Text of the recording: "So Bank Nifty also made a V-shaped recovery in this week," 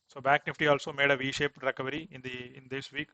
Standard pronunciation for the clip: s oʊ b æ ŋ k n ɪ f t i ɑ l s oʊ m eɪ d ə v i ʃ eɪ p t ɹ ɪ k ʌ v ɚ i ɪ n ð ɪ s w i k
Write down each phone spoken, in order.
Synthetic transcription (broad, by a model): s oʊ b æ ŋ k n ɪ f t i ɑ l s oʊ m eɪ d ə v i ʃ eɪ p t ɹ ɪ k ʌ v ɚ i ɪ n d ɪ s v i k